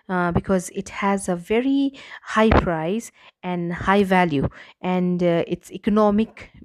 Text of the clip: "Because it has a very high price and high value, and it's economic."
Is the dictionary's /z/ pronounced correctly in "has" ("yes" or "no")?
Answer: yes